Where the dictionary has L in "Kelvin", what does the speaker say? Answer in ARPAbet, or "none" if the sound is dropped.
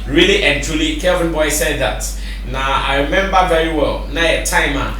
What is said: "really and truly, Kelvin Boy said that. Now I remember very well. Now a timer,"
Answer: none